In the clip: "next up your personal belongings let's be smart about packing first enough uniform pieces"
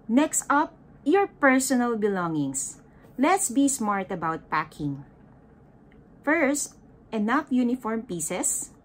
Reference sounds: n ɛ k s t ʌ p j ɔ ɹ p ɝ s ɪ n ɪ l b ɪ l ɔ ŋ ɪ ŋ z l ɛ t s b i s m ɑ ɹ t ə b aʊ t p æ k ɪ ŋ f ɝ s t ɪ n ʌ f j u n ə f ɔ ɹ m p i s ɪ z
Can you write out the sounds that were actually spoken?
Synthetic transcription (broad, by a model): n ɛ k s t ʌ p j ɔ ɹ p ɝ s ɪ n ɪ l b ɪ l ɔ ŋ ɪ ŋ s l ɛ t s b i s m ɑ ɹ t ə b aʊ t p æ k ɪ ŋ f ɝ s t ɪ n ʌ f j u n ə f ɔ ɹ m p i s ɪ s